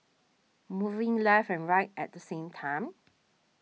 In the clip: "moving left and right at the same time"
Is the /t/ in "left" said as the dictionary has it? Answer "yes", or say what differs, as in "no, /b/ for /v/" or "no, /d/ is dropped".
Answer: no, /t/ is dropped